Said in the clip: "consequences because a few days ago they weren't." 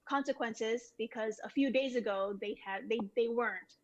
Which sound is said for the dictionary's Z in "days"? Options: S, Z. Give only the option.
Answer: Z